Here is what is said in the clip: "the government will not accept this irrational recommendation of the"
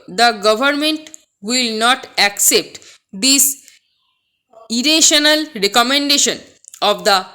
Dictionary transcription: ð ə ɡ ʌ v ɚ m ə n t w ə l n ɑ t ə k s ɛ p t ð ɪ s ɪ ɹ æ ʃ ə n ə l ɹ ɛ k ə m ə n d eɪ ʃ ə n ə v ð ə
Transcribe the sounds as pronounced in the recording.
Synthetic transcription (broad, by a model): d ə ɡ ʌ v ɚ m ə n t w ə l n ɑ t ə k s ɛ p t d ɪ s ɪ ɹ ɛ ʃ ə n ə l ɹ ɛ k ə m ə n d eɪ ʃ ə n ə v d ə